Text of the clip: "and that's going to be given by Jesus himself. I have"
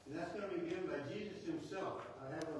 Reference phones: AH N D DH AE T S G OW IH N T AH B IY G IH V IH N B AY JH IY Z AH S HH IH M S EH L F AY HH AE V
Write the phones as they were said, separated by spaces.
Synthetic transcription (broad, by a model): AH N DH AE T S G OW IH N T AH B IY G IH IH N B AY JH IY Z AH S HH IH M S EH L F AY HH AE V